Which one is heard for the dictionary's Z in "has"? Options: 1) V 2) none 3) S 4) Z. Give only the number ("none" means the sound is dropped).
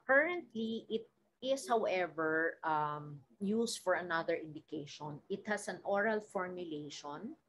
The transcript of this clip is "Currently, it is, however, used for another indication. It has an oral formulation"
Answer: 3